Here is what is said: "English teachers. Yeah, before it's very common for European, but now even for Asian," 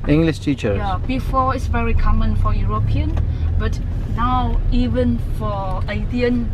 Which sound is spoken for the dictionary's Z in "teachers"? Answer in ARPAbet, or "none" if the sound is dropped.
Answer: none